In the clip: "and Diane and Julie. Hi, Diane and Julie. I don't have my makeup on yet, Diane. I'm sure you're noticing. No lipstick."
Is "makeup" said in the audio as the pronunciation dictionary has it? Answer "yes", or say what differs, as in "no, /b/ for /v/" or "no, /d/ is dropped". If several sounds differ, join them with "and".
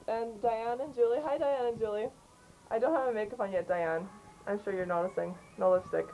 no, /f/ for /p/